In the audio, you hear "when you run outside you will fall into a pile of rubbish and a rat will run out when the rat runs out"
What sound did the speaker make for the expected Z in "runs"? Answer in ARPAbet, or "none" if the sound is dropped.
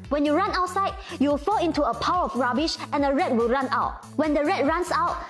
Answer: S